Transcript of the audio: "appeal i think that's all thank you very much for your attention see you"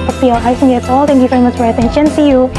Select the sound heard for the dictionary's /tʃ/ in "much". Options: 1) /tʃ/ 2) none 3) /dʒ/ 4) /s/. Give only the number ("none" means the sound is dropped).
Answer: 4